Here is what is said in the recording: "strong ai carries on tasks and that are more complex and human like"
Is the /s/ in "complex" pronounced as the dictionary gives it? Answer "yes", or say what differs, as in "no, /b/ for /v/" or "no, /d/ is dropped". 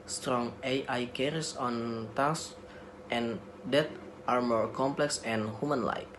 yes